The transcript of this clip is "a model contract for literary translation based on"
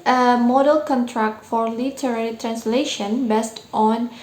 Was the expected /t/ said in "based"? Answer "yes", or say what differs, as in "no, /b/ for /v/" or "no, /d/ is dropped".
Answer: yes